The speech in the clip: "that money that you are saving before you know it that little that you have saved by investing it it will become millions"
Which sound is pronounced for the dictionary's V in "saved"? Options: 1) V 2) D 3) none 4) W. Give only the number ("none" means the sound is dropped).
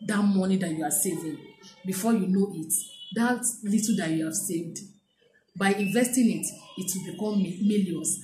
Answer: 1